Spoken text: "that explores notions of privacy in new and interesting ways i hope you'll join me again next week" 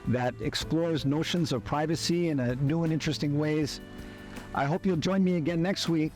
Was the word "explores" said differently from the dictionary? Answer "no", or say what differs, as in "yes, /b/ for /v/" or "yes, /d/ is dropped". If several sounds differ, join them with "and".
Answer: no